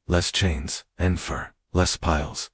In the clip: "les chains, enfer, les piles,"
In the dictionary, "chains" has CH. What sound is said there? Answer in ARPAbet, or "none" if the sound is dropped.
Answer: CH